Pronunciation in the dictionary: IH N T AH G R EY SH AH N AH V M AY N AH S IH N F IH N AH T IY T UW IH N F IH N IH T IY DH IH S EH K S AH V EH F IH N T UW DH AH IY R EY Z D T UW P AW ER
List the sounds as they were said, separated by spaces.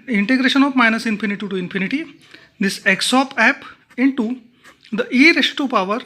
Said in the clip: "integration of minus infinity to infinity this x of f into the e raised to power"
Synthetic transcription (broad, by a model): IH N T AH G R EY SH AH N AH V M AY N AH S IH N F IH N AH T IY T UW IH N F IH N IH T IY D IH S EH K S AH P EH P IH N T UW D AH IY R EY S T UW P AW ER